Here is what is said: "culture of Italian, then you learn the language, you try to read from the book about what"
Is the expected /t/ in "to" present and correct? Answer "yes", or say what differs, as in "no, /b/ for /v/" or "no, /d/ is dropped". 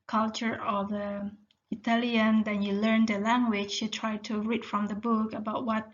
yes